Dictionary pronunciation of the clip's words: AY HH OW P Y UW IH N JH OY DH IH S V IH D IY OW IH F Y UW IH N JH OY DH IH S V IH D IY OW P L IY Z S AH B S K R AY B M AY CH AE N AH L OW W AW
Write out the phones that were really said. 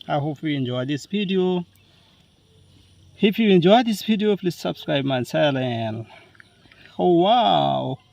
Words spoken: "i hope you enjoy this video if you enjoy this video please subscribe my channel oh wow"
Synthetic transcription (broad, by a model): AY HH OW P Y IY IH N JH OY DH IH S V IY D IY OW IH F Y UW IH N JH OY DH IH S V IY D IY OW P L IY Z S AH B S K R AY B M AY S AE L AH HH OW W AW